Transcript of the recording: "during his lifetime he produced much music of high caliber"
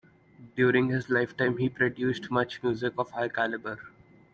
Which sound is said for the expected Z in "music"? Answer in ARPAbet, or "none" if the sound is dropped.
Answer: Z